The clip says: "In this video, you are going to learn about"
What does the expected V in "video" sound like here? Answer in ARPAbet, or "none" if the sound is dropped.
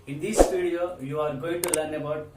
F